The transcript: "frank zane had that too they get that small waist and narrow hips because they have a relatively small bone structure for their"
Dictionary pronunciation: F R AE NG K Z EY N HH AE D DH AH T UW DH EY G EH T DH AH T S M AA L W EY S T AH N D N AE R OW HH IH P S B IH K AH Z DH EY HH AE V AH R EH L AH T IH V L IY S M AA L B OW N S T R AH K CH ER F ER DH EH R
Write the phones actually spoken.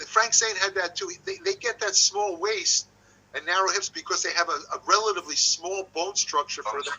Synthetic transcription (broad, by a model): F R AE NG K S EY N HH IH D DH AH T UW DH EY G EH T DH AH T S M AA L W EY S T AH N N AE R OW HH IH P S B IH K AH Z DH EY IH V AH R EH L AH T IH V L IY S M AA L B OW N S T R AH K CH ER F ER DH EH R